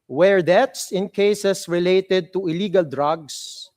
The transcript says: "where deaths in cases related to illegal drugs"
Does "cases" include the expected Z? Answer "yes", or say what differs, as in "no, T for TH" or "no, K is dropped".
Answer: no, S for Z